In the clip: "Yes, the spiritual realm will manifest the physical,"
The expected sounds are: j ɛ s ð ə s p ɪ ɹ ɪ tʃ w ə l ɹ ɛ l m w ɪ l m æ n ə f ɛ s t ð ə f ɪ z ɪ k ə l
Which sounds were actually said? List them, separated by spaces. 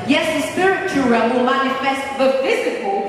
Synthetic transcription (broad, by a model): j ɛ s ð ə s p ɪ ɹ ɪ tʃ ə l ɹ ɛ m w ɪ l m æ n ə f ɛ s t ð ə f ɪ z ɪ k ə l